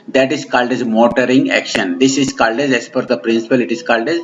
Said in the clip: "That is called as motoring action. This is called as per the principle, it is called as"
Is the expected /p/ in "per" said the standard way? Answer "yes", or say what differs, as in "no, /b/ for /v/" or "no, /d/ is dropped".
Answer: no, /f/ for /p/